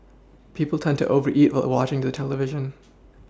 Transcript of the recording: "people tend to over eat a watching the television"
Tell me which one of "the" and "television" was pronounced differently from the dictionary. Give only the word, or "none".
none